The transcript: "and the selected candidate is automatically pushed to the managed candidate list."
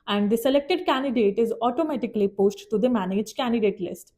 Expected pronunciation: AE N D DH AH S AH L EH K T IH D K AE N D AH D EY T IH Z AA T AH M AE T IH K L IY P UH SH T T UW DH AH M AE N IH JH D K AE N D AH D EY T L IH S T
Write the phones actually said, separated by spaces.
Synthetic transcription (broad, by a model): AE N D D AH S AH L EH K T IH D K AE N D AH D EY T IH Z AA T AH M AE T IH K L IY P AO S T T UW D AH M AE N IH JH K AE N D AH D EY T L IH S T